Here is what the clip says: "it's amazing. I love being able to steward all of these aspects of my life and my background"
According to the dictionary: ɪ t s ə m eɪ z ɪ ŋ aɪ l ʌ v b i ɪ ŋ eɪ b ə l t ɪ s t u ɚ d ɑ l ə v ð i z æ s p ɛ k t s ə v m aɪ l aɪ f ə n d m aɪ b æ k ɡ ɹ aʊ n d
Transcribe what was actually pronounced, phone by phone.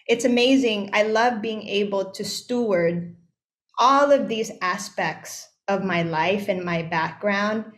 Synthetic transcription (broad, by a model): ɪ t s ə m eɪ z ɪ ŋ aɪ l ʌ v b i ɪ ŋ eɪ b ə l t ɪ s t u ɚ d ɑ l ə v ð i z æ s p ɛ k t s ə v m aɪ l aɪ f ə n m aɪ b æ k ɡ ɹ aʊ n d